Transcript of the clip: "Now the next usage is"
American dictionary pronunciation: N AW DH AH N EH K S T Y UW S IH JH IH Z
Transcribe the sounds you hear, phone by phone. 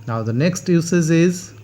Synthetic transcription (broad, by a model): N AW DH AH N EH K S T Y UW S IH Z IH Z